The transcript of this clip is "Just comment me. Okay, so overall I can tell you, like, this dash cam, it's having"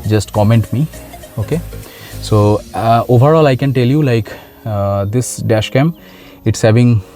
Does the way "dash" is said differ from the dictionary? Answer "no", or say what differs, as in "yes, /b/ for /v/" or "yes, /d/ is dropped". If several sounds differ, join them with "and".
no